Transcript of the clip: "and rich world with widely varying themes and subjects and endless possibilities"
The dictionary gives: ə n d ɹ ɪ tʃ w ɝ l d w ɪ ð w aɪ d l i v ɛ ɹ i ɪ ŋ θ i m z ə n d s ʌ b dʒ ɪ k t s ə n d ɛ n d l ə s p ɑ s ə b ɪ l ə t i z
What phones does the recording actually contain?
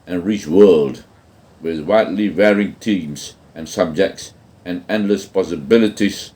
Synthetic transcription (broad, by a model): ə n ɹ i tʃ w ɝ l d w ɪ ð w aɪ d l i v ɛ ɹ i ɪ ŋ t i m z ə n s ʌ b dʒ ɪ k t s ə n ɛ n d l ə s p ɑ s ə b ɪ l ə t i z